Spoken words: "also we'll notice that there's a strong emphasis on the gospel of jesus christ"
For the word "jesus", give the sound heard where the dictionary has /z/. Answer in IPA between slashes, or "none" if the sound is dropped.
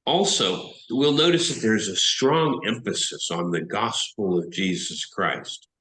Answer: /z/